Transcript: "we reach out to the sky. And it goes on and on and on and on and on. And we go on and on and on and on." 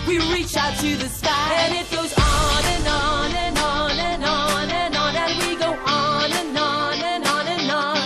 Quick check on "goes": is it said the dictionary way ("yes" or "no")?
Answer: yes